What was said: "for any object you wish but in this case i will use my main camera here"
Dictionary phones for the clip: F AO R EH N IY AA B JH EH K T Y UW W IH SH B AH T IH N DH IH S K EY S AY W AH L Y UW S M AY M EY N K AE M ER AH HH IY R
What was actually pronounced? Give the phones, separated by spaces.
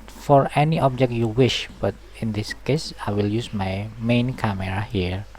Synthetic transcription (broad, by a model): F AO R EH N IY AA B JH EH K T Y UW W IH SH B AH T IH N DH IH S K EY S AY W AH L Y UW S M AY M EY N K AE M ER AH HH IY R